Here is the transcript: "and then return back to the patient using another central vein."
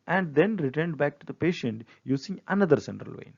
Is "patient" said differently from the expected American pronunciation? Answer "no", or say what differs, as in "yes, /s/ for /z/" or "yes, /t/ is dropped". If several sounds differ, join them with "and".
no